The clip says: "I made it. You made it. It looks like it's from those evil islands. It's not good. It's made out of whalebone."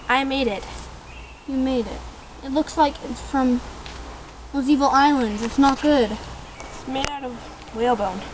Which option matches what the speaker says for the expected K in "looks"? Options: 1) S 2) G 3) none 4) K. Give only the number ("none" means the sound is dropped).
4